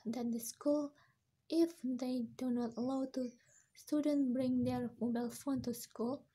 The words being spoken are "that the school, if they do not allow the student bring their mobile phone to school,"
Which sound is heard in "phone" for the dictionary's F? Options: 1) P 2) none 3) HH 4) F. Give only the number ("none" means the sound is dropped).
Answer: 4